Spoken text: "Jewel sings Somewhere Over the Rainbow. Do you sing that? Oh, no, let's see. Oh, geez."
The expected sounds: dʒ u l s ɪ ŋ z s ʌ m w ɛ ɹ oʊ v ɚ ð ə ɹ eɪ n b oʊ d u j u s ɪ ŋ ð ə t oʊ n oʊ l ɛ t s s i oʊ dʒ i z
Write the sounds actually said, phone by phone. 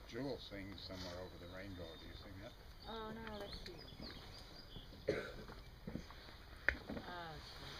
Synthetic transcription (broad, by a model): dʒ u l s ɪ ŋ z s ʌ m w ɛ ɹ oʊ v ɚ ð ə ɹ eɪ n b oʊ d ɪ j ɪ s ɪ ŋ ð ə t oʊ n oʊ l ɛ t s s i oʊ